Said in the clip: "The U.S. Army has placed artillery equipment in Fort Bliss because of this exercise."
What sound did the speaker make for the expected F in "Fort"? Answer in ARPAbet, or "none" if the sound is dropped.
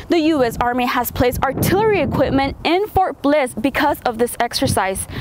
F